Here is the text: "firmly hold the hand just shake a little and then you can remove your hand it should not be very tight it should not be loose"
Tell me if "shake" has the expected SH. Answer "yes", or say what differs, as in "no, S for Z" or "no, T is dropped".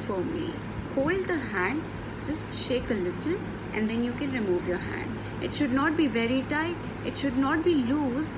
yes